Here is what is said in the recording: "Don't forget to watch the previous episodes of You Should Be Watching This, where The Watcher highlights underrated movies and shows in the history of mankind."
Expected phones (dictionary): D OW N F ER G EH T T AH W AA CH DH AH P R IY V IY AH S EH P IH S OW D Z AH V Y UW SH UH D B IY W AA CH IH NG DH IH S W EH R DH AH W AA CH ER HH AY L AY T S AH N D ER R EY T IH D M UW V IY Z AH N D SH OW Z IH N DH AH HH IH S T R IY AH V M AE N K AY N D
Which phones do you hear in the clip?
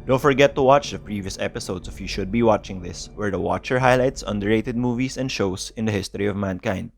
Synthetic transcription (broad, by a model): D OW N F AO G EH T T AH W AA CH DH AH P R IY V IY AH S EH P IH S OW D S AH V Y UW SH UH D B IY W AA CH IH NG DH IH S W EH R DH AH W AA CH ER HH AY L AY T S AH N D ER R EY T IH D M UW V IY S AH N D SH OW S IH N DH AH HH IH S T R IY AH V M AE N K AY N D